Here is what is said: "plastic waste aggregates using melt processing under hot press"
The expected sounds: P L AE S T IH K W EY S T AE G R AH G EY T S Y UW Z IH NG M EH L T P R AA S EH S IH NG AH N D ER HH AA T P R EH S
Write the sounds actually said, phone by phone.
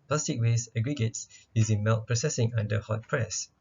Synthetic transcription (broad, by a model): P L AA S T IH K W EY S AH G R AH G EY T S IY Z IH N M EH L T P R AA S EH S IH NG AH N D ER HH AA T P R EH S